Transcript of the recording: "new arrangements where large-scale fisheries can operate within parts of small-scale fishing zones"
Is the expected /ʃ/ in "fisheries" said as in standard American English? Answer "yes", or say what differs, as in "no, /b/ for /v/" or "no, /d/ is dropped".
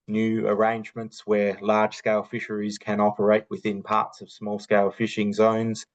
yes